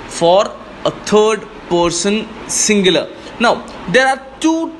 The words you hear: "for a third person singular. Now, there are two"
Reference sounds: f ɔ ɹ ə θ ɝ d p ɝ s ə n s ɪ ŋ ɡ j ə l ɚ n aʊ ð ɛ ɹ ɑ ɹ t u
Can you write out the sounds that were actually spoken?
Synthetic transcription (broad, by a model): f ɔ ɹ ə t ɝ d p ɝ s ə n s ɪ ŋ ɡ j ə l ɚ n aʊ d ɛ ɹ ɑ ɹ t u